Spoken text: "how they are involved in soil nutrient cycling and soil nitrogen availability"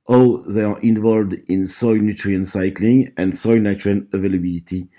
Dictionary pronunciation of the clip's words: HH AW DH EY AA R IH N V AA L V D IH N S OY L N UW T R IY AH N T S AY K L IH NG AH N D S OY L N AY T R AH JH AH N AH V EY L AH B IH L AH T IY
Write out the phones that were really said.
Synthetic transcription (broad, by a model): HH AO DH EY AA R IH N V AA L V D IH N S OY L N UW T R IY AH N S AY K L IH NG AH N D S OY L N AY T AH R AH L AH V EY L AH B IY L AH T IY